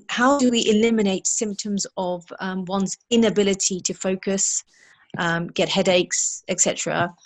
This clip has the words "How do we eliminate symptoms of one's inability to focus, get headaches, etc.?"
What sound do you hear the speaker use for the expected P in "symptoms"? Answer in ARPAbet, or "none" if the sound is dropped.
P